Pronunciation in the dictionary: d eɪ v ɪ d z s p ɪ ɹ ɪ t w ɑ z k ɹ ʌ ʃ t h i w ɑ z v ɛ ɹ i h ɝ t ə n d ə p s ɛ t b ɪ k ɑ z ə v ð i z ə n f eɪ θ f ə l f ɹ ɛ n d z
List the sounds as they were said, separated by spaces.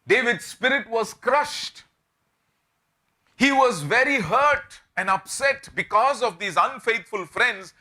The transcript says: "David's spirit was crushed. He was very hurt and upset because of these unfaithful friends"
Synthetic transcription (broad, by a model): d eɪ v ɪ d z s p ɪ ɹ ɪ t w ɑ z k ɹ ʌ ʃ t h i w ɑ z v ɛ ɹ i h ɝ t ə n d ə p s ɛ t b ɪ k ɑ z ə v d i z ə n f eɪ t f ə l f ɹ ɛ n d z